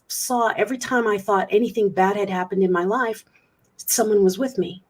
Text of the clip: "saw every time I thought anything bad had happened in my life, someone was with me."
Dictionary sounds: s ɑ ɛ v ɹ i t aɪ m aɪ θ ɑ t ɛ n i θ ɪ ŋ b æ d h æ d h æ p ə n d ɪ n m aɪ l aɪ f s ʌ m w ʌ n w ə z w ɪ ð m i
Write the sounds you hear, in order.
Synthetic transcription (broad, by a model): s ɑ ɛ v ɹ i t aɪ m aɪ θ ɑ t ɛ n i θ ɪ ŋ b æ d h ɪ d h æ p ə n d ɪ n m aɪ l aɪ f s ʌ m w ʌ n w ə z w ɪ ð m i